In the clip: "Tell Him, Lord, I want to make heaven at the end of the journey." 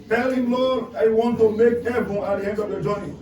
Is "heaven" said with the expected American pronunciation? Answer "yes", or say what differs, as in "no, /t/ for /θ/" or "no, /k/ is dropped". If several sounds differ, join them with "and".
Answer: no, /n/ is dropped